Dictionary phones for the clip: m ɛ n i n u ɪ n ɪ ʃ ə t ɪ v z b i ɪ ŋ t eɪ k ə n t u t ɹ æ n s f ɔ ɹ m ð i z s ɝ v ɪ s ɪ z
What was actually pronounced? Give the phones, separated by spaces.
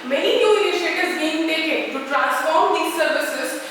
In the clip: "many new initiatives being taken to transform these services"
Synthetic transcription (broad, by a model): m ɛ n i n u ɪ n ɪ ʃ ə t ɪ z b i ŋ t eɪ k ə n t u t ɹ æ n s f ɔ ɹ m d i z s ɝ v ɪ s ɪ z